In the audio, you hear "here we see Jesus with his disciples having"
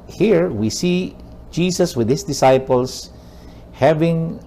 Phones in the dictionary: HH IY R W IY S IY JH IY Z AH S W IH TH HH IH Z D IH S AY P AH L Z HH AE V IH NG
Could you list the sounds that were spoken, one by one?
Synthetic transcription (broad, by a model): HH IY R W IY S IY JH IY S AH S W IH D HH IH S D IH S AY P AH L S HH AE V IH NG